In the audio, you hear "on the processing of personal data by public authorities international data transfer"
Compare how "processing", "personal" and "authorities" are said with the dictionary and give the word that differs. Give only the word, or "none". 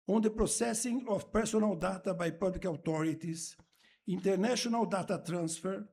authorities